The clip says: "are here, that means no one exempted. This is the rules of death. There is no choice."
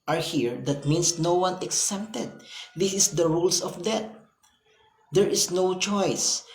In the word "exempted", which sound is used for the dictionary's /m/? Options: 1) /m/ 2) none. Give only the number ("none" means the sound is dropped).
2